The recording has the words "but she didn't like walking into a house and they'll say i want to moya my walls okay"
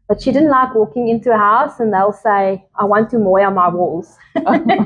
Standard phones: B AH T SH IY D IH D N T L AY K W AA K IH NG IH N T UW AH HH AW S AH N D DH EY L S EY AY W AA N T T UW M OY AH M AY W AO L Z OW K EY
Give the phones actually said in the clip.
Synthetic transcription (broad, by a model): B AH T SH IY D IH D N T L AY K W AA K IH NG IH N T UW AH HH AW S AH N DH EY L S EY AY W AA N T T UW M OY AH M AY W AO L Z